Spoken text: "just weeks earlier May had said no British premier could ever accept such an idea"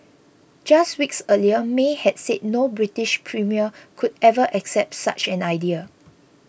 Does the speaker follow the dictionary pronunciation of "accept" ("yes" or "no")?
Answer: yes